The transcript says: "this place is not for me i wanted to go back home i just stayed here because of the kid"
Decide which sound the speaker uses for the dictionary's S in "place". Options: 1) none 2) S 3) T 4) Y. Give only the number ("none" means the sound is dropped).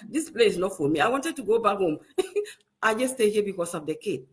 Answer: 1